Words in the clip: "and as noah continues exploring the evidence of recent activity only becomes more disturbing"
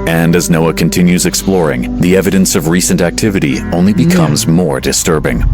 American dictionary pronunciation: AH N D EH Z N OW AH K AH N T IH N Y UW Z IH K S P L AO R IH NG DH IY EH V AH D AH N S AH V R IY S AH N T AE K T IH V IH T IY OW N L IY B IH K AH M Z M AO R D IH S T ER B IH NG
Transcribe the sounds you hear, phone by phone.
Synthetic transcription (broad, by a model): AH N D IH Z N OW AH K AH N T IH N Y UW Z IH K S P L AO R IH NG DH IY EH V AH D AH N S AH V R IY S AH N T AE K T IH V IH T IY OW N L IY B IH K AH M Z M AO R D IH S T ER B IH NG